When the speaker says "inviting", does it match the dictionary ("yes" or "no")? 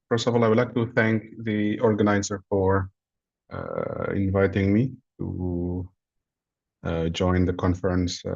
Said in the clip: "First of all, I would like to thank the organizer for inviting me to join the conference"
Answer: yes